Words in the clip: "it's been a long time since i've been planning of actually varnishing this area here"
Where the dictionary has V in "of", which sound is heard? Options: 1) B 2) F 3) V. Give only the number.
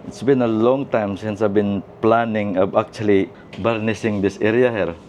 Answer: 1